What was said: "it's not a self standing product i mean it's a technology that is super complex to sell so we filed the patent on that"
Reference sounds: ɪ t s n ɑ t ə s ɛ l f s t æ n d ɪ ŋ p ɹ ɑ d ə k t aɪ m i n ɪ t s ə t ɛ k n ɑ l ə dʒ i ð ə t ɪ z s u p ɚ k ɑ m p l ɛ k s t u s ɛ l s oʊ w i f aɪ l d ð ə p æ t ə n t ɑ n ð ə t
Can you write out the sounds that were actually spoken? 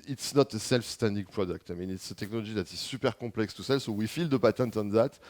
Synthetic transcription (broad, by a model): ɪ t s n ɑ t ə s ɛ l f s t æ n d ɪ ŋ p ɹ ɑ d ə k t aɪ m i n ɪ t s ə t ɛ k n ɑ l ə ʒ i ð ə t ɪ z s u p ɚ k ɑ p l ɛ k s t u s ɛ l s oʊ w i f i l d ə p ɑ t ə n t ɑ n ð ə t